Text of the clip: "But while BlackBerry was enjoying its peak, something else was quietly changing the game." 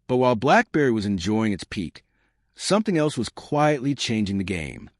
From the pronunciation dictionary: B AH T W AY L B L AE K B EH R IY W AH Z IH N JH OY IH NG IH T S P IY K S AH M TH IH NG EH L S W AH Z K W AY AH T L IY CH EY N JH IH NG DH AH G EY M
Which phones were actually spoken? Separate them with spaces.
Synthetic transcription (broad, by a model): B AH T W AY L B L AE K B EH R IY W AH Z IH N JH OY IH NG IH T S P IY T S AH M TH IH NG EH L S W AH Z K W AY AH T L IY CH EY N JH IH NG DH AH G EY M